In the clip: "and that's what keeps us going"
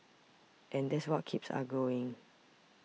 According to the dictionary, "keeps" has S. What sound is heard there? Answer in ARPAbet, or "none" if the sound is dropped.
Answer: S